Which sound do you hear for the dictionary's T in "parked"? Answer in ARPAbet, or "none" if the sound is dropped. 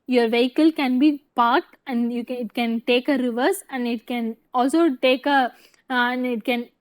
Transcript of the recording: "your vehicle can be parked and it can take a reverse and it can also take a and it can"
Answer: T